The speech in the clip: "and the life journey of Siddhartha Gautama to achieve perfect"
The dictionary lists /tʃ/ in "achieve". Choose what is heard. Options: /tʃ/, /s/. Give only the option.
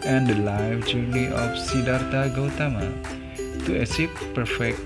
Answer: /s/